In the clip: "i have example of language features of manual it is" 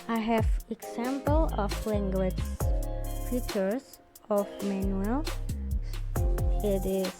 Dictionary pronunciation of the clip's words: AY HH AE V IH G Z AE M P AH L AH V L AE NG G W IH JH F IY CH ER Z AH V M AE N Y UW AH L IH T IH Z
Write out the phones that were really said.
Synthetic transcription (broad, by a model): AY HH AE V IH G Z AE M P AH L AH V L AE NG G W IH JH P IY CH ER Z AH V M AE N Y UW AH L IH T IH